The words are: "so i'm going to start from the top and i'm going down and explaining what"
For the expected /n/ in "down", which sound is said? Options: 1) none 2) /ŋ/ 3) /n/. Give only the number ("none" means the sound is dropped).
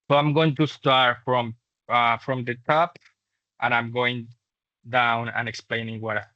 3